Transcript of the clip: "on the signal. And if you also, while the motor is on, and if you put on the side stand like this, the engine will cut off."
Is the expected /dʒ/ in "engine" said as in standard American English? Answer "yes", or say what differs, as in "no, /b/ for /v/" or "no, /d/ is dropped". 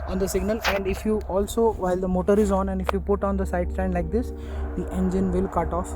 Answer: yes